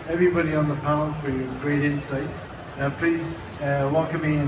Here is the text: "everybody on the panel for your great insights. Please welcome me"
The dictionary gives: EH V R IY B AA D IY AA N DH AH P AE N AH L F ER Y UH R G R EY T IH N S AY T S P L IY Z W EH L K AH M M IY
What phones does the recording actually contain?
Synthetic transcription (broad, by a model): EH V R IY B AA D IY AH N DH AH P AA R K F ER Y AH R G R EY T IH N S AY T S P L IY Z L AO K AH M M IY